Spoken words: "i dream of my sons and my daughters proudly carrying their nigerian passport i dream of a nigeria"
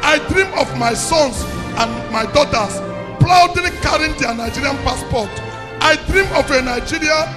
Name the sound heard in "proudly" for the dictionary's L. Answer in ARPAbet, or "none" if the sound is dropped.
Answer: none